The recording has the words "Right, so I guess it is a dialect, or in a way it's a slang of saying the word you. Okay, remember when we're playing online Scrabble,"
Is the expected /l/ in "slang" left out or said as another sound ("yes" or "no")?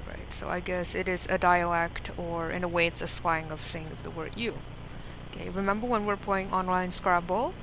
yes